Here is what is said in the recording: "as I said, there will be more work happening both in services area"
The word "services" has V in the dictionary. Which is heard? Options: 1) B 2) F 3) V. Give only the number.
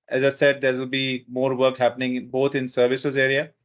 3